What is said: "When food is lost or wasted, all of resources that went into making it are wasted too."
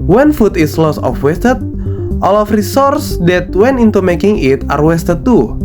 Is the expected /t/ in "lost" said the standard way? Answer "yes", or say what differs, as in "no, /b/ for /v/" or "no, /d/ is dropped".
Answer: no, /t/ is dropped